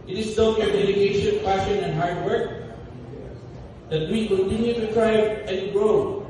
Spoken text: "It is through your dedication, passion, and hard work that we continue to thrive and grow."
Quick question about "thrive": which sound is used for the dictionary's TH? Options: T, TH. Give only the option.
T